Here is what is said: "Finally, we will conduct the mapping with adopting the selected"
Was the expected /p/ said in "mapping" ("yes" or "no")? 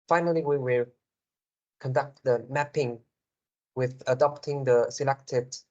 yes